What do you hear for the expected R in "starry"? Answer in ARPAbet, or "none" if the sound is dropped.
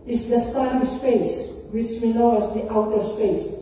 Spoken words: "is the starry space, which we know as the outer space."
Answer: none